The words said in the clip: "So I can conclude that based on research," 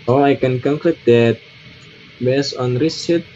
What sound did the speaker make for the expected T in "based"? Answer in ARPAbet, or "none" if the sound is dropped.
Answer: none